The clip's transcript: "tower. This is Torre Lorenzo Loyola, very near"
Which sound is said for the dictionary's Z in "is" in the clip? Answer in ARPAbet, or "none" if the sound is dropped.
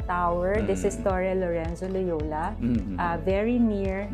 S